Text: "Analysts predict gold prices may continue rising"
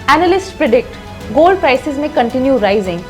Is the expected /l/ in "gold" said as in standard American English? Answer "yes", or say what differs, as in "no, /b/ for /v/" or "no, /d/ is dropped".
yes